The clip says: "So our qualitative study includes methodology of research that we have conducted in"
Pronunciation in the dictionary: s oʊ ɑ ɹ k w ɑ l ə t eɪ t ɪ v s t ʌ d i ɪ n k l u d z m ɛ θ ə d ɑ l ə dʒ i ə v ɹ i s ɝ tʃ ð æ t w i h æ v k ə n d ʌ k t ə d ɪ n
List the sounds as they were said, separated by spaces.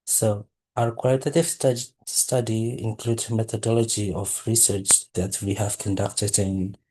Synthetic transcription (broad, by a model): s oʊ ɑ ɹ k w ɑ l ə t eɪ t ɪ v s t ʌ d i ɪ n k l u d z m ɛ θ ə d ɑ l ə dʒ i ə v ɹ i s ɝ tʃ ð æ t w i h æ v k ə n d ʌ k t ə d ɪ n